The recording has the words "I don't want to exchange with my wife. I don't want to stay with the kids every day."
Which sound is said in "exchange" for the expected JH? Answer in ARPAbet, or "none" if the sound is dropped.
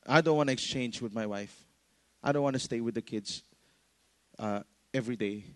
JH